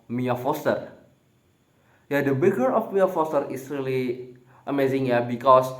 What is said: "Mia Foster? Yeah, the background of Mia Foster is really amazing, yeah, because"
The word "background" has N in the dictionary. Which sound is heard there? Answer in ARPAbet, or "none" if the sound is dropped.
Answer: none